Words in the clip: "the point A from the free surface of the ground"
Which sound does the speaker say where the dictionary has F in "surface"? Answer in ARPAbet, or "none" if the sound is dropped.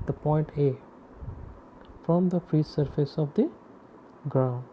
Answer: F